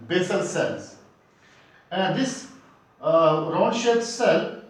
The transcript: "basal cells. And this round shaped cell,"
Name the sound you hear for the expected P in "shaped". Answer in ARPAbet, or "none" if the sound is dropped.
none